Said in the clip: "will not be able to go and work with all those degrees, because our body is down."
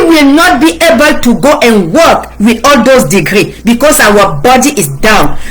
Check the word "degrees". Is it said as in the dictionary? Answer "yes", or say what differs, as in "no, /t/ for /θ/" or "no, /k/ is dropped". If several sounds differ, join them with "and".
no, /z/ is dropped